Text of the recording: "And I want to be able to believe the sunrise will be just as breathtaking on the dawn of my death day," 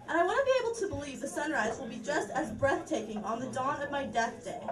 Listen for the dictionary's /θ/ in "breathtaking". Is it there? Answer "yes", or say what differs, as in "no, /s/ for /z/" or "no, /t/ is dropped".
yes